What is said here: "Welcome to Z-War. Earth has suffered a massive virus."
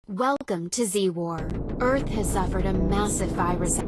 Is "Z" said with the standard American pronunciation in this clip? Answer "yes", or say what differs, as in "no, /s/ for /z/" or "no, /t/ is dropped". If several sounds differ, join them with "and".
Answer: yes